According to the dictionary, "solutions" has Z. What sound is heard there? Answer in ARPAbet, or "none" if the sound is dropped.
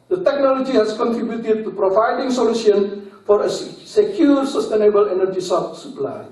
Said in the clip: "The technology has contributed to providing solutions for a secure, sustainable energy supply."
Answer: none